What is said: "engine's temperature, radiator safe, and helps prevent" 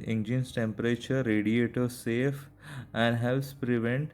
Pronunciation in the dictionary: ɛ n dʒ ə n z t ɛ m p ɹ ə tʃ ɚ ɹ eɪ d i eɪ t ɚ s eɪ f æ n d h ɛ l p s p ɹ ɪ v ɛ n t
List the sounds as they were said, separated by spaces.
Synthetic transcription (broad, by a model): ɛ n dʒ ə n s t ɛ m p ɹ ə tʃ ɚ ɹ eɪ d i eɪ t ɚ s eɪ f æ n d h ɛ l s p ɹ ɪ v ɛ n t